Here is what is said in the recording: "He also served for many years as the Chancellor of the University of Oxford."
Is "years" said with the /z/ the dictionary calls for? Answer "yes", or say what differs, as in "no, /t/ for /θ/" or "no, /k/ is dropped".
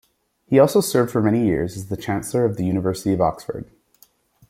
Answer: yes